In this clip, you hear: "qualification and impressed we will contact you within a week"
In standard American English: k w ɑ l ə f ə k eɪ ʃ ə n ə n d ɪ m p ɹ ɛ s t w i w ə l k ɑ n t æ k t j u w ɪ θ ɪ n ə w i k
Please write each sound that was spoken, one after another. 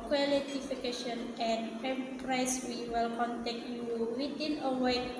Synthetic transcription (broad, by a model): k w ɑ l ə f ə k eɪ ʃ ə n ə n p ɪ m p ɹ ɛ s w i w ə l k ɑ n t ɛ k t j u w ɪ t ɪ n ə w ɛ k